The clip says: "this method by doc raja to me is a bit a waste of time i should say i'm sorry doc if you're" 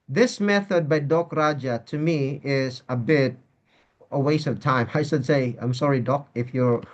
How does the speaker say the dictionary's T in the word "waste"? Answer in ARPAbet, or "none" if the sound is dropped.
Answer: none